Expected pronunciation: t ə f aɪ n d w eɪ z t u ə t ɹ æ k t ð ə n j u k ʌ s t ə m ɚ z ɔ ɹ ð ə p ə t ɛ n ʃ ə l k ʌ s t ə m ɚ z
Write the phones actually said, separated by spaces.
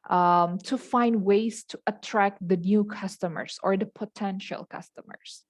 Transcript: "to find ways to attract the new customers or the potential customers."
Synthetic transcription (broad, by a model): t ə f aɪ n d w eɪ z t u ə t ɹ æ k t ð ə n j u k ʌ s t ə m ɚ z ɔ ɹ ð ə p ə t ɛ n ʃ ə l k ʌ s t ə m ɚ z